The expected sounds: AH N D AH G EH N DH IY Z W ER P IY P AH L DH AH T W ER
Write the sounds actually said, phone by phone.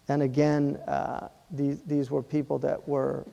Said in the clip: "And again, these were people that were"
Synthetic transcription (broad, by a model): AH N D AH G EH N DH IY Z W ER P IY P L DH AH T W ER